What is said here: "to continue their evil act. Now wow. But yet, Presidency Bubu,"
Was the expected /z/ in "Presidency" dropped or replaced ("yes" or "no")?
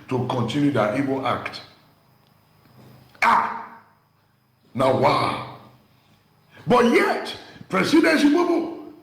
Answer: yes